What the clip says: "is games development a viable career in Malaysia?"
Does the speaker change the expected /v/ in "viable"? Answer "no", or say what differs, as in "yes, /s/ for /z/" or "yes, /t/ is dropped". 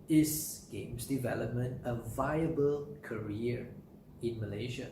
no